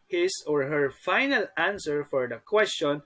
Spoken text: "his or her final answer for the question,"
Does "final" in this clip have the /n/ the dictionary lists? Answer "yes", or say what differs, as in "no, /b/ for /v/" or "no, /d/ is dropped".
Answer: yes